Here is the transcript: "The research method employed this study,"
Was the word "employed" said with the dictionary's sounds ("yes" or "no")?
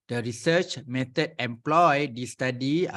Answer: yes